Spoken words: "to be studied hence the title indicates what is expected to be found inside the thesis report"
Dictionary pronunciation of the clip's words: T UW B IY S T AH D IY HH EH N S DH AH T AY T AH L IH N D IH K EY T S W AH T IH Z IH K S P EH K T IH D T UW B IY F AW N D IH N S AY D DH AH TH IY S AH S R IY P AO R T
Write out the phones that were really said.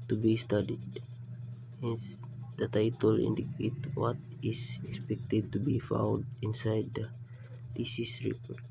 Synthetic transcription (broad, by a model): T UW B IY S T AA D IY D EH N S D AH T AY T AH L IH N D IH K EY T W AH T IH S IH K S P EH K T IH D T UW B IY F AW N D IH N S AY D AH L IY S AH S R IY P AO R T